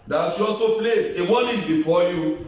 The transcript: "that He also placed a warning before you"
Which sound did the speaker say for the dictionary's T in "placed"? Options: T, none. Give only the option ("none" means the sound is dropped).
none